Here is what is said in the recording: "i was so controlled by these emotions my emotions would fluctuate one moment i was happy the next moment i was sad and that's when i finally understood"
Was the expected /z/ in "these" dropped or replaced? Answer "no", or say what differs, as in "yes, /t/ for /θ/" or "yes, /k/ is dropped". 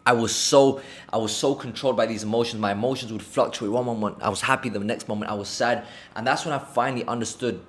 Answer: no